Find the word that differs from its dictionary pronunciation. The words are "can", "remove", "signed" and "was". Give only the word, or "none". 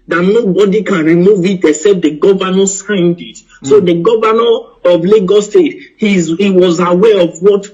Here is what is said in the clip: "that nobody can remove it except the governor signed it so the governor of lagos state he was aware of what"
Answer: none